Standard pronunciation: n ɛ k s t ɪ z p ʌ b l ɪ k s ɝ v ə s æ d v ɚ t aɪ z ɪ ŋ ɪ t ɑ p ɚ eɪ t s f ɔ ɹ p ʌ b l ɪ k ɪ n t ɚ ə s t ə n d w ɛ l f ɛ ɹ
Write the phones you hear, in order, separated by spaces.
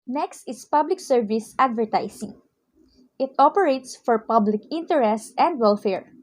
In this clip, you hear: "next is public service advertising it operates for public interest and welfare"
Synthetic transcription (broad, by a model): n ɛ k s t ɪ s p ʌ b l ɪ k s ɝ v ə s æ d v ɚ t aɪ s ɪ ŋ ɪ t ɑ p ɚ eɪ t s f ɔ ɹ p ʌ b l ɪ k ɪ n t ɚ ə s t ə n d w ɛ l f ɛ ɹ